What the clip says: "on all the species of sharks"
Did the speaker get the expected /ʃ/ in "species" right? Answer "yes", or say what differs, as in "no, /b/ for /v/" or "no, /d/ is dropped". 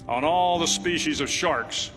yes